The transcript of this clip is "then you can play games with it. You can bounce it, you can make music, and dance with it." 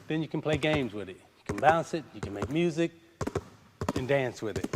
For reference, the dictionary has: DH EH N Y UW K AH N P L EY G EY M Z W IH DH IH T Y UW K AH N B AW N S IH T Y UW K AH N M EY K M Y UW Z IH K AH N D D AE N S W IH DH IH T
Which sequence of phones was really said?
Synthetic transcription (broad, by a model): DH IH N Y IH K N P L EY G EY M Z W IH DH IH T Y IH K AH N B AW N S IH T Y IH K AH N M EY K M Y UW Z IH K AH N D D AE N S W IH DH IH T